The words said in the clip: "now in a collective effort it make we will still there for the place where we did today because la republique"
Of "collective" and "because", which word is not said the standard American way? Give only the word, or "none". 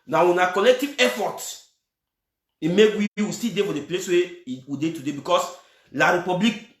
because